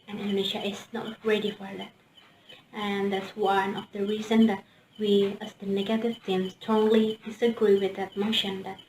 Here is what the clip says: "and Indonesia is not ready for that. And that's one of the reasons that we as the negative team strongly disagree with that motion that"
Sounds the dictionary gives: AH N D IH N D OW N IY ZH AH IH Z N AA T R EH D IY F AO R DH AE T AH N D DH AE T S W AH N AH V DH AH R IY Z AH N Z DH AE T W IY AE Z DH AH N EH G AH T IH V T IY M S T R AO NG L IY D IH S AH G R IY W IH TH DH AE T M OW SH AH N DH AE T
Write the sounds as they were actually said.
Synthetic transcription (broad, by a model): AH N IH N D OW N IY SH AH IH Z N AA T R EH D IY F AO R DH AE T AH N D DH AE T S W AH N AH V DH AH R IY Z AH N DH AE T W IY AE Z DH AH N EH G AH T IH V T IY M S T AO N L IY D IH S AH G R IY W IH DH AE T M OW SH AH N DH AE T